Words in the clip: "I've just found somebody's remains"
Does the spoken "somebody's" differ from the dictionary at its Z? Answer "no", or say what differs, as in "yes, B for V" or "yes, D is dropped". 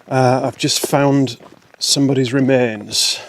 no